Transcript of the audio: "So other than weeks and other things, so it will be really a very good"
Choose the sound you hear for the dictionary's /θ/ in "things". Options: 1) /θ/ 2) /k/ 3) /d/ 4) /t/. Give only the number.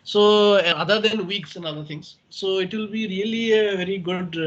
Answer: 4